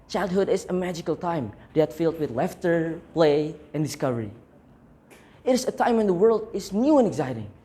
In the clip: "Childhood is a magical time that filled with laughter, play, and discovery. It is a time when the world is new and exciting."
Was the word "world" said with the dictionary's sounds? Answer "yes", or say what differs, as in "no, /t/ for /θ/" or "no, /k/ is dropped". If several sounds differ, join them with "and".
yes